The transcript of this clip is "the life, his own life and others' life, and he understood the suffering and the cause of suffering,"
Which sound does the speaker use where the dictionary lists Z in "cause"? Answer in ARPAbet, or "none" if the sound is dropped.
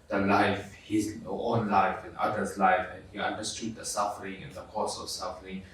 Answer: S